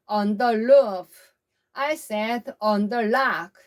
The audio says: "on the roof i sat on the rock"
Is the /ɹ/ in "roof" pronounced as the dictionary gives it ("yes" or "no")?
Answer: no